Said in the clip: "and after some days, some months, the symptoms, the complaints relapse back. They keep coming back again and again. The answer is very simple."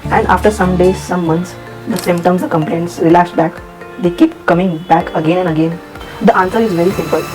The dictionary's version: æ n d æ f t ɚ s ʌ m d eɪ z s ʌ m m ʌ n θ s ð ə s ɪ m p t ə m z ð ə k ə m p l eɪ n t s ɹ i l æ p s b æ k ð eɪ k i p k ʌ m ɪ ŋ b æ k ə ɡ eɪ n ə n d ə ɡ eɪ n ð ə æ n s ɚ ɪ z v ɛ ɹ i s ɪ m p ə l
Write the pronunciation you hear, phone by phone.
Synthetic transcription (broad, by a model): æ n d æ f t ɚ s ʌ m d eɪ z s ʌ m m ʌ n t s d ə s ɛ m t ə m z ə k ə m p l eɪ n t s ɹ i l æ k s b æ k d eɪ k i p k ʌ m ɪ ŋ b æ k ə ɡ eɪ n ə n d ə ɡ eɪ n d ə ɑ n s ɚ ɪ z v ɛ ɹ i s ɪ m p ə l